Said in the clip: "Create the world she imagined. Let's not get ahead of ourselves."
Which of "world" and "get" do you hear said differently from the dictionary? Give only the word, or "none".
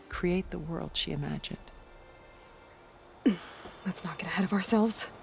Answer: none